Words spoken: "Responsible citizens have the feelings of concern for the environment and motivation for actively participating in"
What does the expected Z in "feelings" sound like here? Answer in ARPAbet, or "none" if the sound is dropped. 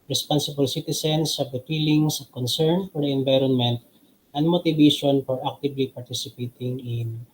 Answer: S